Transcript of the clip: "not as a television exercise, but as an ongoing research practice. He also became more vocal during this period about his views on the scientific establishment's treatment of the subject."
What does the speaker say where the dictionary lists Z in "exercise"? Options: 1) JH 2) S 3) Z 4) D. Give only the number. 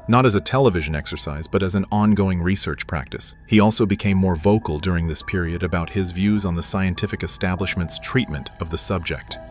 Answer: 3